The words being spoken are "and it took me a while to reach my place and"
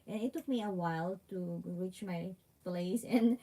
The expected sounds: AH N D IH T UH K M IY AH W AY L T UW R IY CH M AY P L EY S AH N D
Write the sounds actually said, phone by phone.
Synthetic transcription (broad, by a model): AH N IH T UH K M IY AH W AY L T UW R IY CH M AY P L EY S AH N